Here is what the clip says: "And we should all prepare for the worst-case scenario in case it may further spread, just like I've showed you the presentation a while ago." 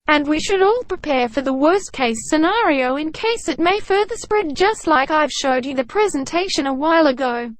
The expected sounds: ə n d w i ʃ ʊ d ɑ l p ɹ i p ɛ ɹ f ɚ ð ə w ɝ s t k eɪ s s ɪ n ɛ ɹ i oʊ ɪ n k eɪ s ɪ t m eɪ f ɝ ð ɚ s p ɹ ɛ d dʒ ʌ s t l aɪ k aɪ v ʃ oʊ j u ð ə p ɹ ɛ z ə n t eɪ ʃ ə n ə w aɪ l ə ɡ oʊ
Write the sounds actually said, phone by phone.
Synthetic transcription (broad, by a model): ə n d w i ʃ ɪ d ɑ l p ɹ i p ɛ ɹ f ɚ ð ə w ɝ s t k eɪ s s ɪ n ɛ ɹ i oʊ ɪ n k eɪ s ɪ t m eɪ f ɝ ð ɚ s p ɹ ɛ d dʒ ʌ s t l aɪ k aɪ v ʃ oʊ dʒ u ð ə p ɹ ɛ z ə n t eɪ ʃ ə n ə w aɪ l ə ɡ oʊ